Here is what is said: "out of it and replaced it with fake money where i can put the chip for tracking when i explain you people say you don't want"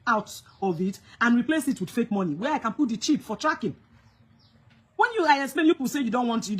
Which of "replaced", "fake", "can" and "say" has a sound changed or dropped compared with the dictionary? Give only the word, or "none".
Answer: replaced